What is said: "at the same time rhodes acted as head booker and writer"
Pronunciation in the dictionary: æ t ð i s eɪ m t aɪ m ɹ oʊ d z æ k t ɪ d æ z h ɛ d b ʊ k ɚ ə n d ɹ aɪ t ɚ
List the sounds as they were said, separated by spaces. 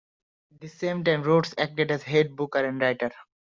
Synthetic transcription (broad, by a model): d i s eɪ m t aɪ m ɹ oʊ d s æ k t ɪ d æ z h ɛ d b ʊ k ɚ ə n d ɹ aɪ t ɚ